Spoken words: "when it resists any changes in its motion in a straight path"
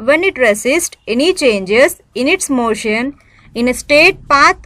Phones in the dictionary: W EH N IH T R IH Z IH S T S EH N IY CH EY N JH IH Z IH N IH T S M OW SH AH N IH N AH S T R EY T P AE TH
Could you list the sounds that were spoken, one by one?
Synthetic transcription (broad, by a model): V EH N IH T R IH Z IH S T EH N IY CH EY N JH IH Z IH N IH T S M OW SH AH N IH N AH S T EY T P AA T